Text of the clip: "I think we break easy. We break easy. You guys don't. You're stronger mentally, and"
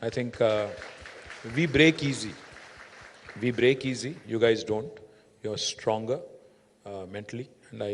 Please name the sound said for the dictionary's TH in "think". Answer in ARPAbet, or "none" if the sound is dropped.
T